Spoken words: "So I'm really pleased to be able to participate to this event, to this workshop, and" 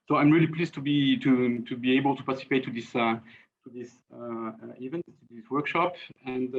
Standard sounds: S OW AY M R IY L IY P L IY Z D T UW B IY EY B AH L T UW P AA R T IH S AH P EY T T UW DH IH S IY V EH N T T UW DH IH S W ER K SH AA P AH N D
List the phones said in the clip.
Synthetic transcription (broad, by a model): S OW AY M R IY L IY P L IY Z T T UW B IY EY B AH L T UW P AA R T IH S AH P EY T T UW DH IH S IY V EH N T T UW DH IH S W ER K SH AA P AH N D